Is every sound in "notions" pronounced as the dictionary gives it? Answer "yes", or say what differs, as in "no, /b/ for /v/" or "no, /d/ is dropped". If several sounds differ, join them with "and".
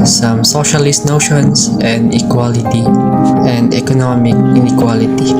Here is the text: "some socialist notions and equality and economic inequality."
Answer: no, /s/ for /z/